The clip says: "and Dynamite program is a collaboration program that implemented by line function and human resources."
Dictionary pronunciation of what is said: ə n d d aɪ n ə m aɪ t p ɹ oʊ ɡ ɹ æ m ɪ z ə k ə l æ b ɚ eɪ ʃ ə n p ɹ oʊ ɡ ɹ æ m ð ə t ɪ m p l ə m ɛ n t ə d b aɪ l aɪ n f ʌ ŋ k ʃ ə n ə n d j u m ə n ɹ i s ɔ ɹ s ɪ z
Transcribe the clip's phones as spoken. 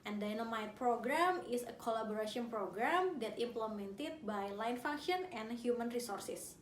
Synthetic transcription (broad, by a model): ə n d d aɪ n ə m aɪ t p ɹ oʊ ɡ ɹ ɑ m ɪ s ə k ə l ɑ b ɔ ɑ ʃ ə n p ɹ oʊ ɡ ɹ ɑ m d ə t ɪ m p l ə m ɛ n t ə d b aɪ l aɪ n f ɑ ŋ k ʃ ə n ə n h j u m ə n ɹ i s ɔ ɹ s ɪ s